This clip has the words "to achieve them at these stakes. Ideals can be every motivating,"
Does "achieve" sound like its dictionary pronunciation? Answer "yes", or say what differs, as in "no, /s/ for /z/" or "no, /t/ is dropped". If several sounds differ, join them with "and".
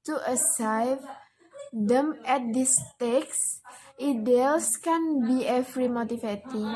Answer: no, /s/ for /tʃ/